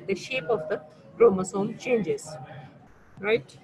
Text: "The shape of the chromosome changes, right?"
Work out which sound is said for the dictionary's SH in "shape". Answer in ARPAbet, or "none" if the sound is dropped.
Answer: SH